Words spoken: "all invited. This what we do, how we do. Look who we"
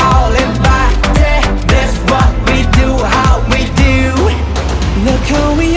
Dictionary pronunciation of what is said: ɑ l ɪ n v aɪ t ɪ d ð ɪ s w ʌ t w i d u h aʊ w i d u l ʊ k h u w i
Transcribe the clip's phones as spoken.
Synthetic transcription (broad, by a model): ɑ l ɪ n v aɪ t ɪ ð ɪ s w ʌ t w i d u h aʊ w i d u n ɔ k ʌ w i